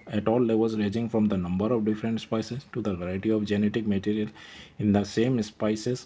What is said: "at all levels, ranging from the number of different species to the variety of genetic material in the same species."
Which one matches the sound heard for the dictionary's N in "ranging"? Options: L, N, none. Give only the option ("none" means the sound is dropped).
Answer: none